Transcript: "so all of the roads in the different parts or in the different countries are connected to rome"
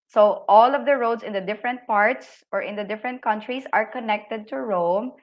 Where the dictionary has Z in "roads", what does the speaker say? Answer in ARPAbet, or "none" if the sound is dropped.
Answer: S